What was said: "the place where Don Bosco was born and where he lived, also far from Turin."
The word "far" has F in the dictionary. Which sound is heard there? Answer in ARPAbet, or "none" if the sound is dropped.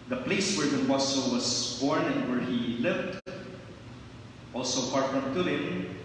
P